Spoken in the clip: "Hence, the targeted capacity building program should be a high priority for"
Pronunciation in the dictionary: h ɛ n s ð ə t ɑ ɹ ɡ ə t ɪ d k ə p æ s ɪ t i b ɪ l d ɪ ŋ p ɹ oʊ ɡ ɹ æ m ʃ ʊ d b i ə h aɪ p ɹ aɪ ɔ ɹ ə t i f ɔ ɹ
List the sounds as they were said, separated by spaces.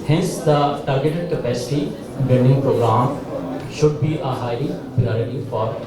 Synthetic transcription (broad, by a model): h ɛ n s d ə t ɑ ɹ ɡ ə t ɪ d k ə p æ s ɪ t i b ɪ n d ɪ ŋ p ɹ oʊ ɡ ɹ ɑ m ʃ ʊ d b i ə h aɪ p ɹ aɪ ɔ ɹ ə t i f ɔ ɹ